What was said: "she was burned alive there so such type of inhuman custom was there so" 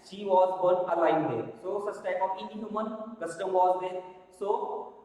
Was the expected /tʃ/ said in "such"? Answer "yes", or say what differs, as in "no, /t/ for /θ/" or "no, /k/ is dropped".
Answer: no, /s/ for /tʃ/